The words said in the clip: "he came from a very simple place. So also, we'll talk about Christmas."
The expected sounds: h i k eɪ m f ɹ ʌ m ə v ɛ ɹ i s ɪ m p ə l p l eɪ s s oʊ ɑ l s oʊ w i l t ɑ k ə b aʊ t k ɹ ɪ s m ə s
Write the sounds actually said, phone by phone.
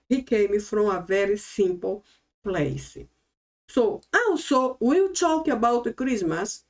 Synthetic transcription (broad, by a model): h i k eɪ m f ɹ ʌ ə v ɛ ɹ i s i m p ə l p l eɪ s s oʊ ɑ w s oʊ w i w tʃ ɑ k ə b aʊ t k ɹ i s m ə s